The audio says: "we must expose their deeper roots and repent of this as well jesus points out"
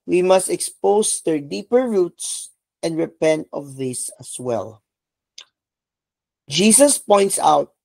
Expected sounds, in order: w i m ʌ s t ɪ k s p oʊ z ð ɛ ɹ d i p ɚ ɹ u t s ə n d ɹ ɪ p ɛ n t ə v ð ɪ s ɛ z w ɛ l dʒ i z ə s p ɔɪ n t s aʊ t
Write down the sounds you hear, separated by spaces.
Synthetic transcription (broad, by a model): w i m ʌ s t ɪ k s p oʊ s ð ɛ ɹ d i p ɚ ɹ u t s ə n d ɹ ɪ p ɛ n t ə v ð ɪ s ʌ s w ɛ l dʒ i s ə s p ɔɪ n t s aʊ t